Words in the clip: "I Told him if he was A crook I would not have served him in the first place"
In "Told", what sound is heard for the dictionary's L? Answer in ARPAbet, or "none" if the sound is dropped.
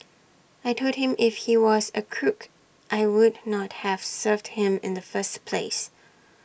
none